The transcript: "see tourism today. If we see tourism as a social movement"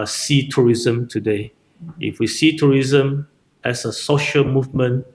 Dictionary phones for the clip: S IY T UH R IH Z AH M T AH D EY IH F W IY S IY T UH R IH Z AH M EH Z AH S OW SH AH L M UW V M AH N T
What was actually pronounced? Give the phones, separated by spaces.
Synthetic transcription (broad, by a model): S IY T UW R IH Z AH M T AH D EY IH F W IY S IY T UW R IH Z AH M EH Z AH S OW SH AH L M UW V M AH N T